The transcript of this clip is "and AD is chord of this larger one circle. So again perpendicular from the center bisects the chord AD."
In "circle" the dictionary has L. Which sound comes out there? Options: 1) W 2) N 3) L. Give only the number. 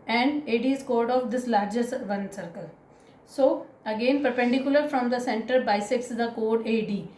3